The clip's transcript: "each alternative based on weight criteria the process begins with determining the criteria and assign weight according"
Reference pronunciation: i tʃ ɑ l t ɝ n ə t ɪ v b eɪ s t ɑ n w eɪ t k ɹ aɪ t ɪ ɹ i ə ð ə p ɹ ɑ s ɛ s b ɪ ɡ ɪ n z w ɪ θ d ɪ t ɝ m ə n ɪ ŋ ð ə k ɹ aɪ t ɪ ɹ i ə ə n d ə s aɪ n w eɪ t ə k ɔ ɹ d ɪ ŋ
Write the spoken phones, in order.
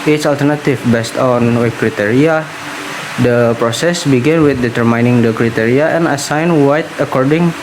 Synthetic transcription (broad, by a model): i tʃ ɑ l t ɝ n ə t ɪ f b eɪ s t ɑ n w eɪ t k ɹ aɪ t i ɹ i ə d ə p ɹ ɑ s ɛ s b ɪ ɡ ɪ n w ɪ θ d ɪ t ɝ m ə n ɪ ŋ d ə k ɹ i t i ɹ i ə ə n ə s aɪ n w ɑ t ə k ɔ ɹ d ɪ ŋ